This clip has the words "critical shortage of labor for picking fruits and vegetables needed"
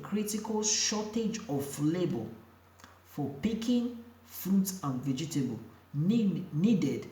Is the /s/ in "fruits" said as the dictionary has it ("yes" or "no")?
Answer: no